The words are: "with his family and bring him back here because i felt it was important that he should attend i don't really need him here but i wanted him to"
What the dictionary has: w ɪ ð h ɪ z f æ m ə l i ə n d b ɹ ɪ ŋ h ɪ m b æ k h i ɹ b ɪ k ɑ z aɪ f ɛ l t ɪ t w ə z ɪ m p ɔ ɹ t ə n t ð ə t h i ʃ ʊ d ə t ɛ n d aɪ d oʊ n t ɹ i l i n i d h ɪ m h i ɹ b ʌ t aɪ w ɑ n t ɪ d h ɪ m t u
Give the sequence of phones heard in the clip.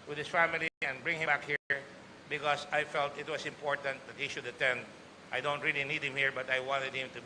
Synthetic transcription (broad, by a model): w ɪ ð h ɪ s f æ m ə l i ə n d b ɹ ɪ ŋ h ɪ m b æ k h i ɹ b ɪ k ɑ s aɪ f ɛ l t ɪ t w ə s ɪ m p ɔ ɹ t ə n t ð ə t h i ʃ ʊ d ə t ɛ n d aɪ d oʊ n t ɹ i l i n i d h ɪ m h i ɹ b ʌ t aɪ w ɑ n t ɪ d h ɪ m t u